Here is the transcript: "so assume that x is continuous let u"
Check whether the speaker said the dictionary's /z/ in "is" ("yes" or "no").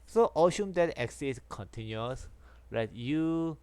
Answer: no